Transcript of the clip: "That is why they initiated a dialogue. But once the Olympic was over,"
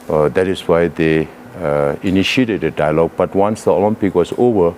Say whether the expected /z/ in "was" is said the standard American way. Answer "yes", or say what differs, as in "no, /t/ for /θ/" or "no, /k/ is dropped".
no, /s/ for /z/